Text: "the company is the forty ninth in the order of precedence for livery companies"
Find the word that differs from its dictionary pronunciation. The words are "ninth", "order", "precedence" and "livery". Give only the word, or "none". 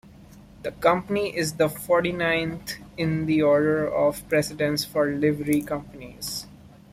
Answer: ninth